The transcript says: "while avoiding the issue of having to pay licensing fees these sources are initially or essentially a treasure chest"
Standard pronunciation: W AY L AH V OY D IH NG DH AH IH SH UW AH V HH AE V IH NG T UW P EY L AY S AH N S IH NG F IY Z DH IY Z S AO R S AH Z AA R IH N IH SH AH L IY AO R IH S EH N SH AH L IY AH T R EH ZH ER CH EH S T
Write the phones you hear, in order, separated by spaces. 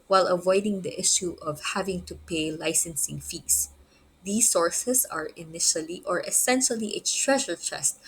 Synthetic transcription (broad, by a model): W AY L AH V OY D IH NG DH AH IH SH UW AH V HH AE V IH NG T UW P EY L AY S AH N S IH NG F IY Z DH IY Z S AO R S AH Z AA R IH N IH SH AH L IY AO R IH S EH N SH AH L IY AH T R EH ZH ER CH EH S T